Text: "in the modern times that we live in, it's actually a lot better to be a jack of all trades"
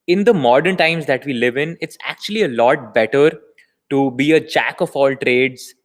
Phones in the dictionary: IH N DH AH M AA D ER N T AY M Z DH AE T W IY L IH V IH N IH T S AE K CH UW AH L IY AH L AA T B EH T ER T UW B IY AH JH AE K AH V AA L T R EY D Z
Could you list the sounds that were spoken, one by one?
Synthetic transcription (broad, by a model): IH N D AH M AA D ER N T AY M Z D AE T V IY L IH V IH N IH T S AE K CH UW AH L IY AH L AA T B EH T ER T UW B IY AH CH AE K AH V AA L T R EY D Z